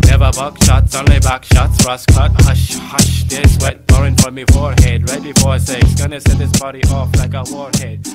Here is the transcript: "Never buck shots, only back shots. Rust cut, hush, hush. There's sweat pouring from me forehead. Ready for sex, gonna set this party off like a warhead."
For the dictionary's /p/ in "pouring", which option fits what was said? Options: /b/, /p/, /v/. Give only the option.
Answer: /b/